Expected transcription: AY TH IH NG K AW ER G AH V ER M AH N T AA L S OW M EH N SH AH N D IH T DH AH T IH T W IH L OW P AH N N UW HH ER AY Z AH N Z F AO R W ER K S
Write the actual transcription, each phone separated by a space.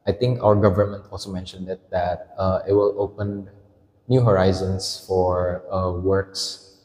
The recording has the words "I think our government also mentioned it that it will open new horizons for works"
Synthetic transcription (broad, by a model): AY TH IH NG K AW ER G AH V ER M AH N T AA L S OW M EH N SH AH N D IH T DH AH T IH T W IH L OW P AH N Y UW HH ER AY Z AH N S F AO R W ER K S